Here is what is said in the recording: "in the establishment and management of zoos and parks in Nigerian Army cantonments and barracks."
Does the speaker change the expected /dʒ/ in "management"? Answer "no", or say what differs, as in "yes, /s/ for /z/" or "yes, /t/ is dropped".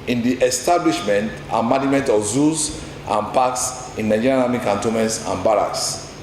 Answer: yes, /dʒ/ is dropped